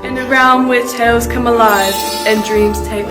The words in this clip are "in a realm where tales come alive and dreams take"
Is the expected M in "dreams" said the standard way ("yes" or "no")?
yes